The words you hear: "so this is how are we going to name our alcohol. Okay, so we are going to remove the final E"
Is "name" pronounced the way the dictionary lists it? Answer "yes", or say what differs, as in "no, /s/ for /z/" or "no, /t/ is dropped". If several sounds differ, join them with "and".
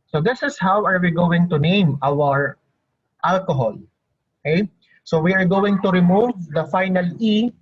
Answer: yes